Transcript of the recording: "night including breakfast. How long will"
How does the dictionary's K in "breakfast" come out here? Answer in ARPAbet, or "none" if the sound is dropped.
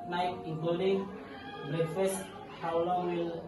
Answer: none